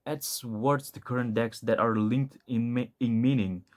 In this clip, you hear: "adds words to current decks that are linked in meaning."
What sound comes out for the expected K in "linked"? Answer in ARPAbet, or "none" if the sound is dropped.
K